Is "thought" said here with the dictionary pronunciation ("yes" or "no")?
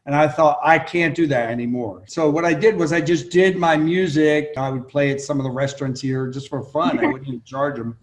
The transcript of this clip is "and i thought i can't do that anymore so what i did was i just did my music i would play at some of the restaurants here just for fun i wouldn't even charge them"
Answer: yes